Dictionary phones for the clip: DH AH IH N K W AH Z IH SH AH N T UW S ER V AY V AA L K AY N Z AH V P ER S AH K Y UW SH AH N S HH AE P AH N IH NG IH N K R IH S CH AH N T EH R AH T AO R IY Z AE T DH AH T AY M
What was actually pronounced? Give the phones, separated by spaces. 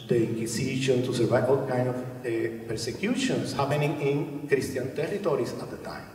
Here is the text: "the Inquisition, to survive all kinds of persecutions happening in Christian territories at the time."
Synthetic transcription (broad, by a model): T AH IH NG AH S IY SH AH N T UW S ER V AY AA L K AY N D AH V P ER S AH K Y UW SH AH N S HH AE P AH N IH NG IH N K R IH S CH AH N T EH R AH T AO R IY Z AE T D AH T AY M